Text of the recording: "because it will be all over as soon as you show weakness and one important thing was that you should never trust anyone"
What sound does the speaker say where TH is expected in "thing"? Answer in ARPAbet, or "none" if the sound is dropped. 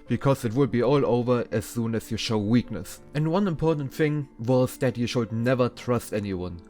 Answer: TH